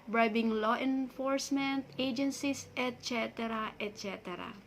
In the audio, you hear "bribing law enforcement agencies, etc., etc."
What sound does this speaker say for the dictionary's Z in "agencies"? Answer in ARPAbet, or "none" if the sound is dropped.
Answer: S